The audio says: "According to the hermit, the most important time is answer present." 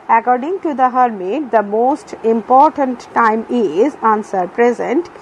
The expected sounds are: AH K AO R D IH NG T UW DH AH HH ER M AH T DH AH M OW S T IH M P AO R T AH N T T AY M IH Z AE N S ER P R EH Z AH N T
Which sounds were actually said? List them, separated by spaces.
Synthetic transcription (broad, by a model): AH K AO R D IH NG T UW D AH HH ER M AH T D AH M OW S T IH M P AO R T AH N T T AY M IH Z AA N S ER P R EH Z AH N T